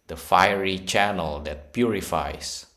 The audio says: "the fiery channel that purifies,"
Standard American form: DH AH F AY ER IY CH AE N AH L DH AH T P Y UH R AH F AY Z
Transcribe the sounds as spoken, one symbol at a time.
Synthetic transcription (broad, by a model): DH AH F AY ER IY CH AE N AH L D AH T P Y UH R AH F AY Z